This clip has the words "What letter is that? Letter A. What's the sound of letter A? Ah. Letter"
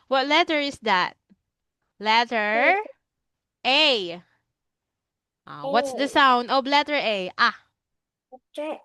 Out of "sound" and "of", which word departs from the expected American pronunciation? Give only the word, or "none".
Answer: of